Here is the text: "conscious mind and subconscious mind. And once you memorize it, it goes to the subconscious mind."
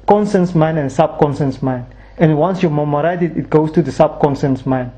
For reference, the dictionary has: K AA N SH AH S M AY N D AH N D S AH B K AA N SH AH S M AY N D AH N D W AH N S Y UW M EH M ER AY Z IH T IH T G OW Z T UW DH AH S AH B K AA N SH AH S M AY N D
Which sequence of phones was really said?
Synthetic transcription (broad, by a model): K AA N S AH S M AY N AH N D S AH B K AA N S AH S M AY N AH N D W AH N S Y UW M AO M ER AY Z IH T IH T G OW S T UW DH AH S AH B K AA N S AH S M AY N